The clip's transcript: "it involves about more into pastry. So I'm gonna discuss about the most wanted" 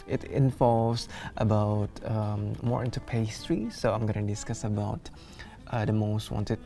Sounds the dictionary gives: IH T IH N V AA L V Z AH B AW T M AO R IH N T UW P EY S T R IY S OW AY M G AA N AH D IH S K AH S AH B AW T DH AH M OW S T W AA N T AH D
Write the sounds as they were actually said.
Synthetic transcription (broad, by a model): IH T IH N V AA L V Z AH B AW T M AO R IH N T UW P EY S T R IY S OW AY M G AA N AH D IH S K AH S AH B AW T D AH M OW S T W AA N T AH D